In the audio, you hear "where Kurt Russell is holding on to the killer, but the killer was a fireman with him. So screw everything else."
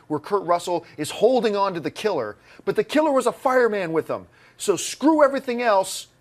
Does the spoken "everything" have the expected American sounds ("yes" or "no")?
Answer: yes